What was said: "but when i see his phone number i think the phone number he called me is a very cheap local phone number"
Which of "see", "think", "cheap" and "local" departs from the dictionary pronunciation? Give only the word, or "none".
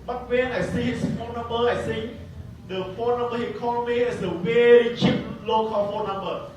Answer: think